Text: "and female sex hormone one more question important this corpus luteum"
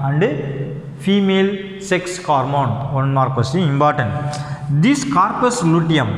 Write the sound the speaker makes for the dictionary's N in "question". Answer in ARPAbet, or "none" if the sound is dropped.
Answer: none